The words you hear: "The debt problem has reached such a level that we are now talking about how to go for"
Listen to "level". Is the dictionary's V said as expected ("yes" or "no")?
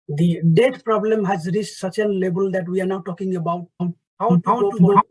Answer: no